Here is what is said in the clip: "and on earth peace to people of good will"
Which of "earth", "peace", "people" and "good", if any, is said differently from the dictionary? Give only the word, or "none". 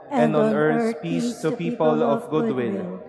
earth